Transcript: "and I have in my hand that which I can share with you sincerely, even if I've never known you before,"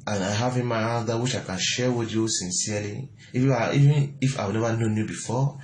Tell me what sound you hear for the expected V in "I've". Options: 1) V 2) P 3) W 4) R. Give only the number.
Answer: 3